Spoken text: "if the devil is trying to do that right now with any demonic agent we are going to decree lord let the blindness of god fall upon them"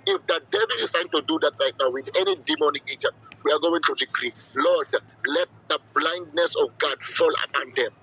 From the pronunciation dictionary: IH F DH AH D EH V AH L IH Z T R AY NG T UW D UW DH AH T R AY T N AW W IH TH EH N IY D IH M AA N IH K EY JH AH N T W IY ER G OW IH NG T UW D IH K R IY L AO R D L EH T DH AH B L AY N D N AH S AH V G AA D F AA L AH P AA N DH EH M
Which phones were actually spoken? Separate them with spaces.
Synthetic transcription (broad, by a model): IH F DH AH D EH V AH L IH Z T AY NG T UW D UW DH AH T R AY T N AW W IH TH EH N IY D IH M AA N IH K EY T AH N W IY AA G OW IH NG T UW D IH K R IY L AO D L EH T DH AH B L AY N D N AH S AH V G AA D F AA L AH P AA N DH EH M